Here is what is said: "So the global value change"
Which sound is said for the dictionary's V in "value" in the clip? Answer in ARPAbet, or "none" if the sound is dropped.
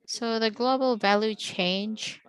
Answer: V